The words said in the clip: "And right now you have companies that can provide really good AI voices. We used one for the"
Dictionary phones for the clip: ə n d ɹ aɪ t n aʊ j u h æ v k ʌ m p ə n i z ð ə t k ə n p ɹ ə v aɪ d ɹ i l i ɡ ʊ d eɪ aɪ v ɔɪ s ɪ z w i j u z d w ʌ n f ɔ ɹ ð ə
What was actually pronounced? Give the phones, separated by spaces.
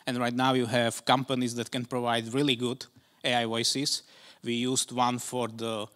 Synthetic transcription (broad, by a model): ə n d ɹ aɪ t n aʊ j u h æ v k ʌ m p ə n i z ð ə t k ə n p ɹ ə v aɪ d ɹ i l i ɡ ʊ d eɪ aɪ w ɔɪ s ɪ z w i j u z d w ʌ n f ɔ ɹ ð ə